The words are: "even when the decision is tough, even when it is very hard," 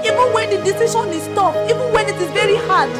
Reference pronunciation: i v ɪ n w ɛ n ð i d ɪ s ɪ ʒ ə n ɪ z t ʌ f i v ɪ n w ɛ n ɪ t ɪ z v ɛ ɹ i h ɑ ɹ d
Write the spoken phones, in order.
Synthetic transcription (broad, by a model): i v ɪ n w ɛ n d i d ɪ s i ʃ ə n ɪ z t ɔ p i v ɪ n w ɛ n ɪ t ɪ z v ɛ ɹ i h ɑ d